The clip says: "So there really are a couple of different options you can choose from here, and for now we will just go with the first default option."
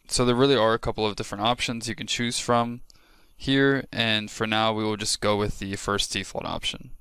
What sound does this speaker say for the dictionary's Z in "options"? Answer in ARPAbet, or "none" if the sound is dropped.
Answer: Z